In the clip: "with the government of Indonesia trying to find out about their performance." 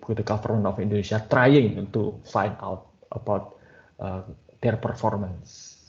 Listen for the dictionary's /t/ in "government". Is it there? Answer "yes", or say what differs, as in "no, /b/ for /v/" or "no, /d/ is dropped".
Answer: no, /t/ is dropped